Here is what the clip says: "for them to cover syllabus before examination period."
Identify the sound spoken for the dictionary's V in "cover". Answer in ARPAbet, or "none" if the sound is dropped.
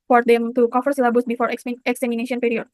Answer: F